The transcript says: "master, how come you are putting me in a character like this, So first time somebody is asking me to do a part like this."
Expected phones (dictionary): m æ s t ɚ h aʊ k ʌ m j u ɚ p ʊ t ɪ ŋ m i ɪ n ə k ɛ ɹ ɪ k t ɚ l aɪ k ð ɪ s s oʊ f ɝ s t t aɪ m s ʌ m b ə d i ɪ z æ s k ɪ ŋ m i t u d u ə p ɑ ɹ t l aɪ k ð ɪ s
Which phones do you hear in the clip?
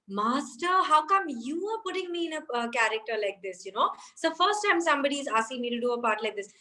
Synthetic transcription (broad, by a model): m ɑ s t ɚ h aʊ k ʌ m j u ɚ p ʊ t ɪ ŋ m i ɪ n ə k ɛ ɹ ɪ k t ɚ l aɪ k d ɪ s s oʊ f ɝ s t t aɪ m s ʌ m b ə d i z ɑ s ɪ m i t u d u ə p ɑ ɹ t l aɪ k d ɪ s